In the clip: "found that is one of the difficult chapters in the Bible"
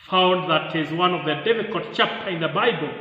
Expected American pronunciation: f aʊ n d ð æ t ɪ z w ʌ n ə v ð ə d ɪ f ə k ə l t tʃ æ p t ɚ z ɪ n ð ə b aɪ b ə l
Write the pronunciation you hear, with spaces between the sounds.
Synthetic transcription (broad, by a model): f aʊ n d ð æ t ɪ z w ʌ n ə v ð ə d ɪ f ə k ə l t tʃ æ p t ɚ ɪ n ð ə b aɪ b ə l